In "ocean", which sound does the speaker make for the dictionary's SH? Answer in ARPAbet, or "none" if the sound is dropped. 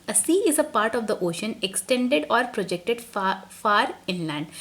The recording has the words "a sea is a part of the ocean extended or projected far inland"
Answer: SH